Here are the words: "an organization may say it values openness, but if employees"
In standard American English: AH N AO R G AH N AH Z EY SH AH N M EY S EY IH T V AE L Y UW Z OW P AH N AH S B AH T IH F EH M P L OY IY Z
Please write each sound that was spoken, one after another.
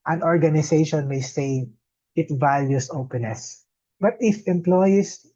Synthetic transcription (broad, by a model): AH N AO R G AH N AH S EY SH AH N M EY S EY IH T V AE L Y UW S OW P AH N AH S B AH T IH F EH M P L OY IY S